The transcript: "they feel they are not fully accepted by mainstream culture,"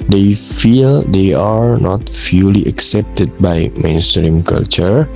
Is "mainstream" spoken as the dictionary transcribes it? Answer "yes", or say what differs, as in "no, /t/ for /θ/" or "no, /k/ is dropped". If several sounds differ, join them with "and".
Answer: yes